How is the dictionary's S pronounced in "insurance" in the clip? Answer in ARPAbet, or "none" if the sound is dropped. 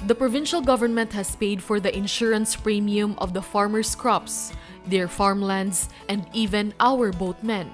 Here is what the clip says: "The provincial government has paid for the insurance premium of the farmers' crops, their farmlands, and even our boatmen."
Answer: S